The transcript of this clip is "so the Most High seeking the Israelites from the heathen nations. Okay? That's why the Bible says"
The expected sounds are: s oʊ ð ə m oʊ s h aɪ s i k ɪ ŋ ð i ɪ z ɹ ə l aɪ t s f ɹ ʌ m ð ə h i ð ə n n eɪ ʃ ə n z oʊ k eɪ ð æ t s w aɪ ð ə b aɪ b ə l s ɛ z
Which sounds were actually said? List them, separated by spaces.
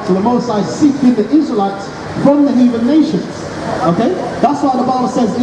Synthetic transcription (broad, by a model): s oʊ ð ə m oʊ s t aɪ s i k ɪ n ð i ɪ z ɹ ə l aɪ t s f ɹ ʌ m ð ə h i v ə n n eɪ ʃ ə n z oʊ k eɪ ð æ t s w aɪ ð ə b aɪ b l s ɛ z